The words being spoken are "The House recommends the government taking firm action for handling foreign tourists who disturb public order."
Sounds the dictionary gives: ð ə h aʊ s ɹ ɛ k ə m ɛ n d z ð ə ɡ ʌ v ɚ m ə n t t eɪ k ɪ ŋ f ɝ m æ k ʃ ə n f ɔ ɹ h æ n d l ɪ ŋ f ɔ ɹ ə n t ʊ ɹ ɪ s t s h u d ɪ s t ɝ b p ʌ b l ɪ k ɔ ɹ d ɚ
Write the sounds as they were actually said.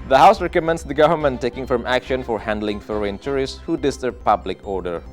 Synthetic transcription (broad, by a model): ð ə h aʊ s ɹ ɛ k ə m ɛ n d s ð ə ɡ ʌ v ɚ m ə n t t eɪ k ɪ ŋ f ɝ m æ k ʃ ə n f ɔ ɹ h æ n d l ɪ ŋ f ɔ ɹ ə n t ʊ ɹ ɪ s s h u d ɪ s t ɝ b p ʌ b l ɪ k ɔ ɹ d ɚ